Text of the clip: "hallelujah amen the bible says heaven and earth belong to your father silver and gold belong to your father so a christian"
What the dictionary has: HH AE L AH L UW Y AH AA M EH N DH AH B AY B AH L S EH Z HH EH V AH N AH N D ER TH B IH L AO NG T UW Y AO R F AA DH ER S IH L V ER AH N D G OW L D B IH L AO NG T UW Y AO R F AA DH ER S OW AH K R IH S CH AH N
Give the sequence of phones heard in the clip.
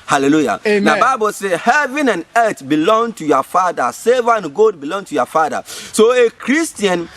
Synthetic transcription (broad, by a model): HH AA L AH L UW Y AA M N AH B AY B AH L S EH HH EH V AH N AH N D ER T B IH L AO NG T UW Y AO F AA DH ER S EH V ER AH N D G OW D B IH L AO NG T UW Y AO F AA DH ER S OW AH K R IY S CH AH N